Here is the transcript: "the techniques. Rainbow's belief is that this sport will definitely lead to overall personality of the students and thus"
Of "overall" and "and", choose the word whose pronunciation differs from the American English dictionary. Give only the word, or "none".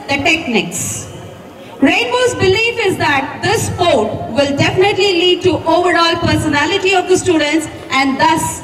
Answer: none